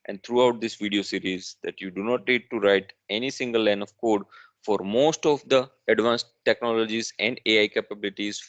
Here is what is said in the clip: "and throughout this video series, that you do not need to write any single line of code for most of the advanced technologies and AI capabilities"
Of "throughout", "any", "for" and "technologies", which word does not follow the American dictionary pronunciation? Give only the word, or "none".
throughout